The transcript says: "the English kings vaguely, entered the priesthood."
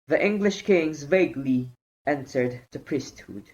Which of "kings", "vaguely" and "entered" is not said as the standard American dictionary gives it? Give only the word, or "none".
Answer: none